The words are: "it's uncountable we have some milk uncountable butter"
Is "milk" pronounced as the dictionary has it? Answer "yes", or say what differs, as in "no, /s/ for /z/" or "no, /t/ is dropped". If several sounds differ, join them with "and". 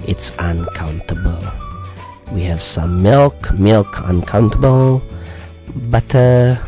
yes